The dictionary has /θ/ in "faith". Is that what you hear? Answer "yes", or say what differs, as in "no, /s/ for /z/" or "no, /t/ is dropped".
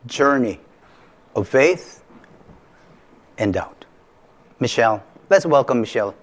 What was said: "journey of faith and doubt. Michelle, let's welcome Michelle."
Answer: yes